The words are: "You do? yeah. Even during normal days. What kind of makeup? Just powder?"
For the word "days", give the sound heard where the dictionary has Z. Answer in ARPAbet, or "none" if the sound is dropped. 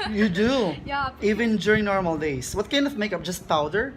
S